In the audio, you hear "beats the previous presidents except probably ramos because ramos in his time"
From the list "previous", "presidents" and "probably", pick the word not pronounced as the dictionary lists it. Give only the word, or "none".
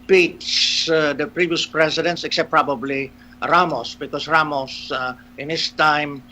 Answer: presidents